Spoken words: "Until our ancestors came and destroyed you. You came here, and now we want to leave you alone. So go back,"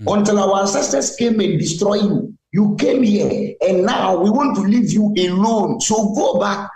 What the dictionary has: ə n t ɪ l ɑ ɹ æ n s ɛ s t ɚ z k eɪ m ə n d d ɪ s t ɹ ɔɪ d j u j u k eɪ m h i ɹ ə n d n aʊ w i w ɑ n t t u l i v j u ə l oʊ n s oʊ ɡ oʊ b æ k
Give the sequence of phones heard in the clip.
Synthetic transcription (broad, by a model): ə n t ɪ l ɑ w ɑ s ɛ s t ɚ s k eɪ m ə n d d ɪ s t ɹ ɔɪ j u j u k eɪ m h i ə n n aʊ w i w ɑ n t t u l i v j u ə l oʊ n s oʊ ɡ oʊ b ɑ k